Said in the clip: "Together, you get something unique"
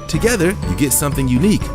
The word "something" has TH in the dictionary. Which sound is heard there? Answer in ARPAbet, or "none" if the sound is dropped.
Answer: TH